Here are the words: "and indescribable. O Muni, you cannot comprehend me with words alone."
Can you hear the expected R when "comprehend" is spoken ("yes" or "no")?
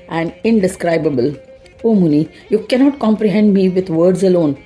yes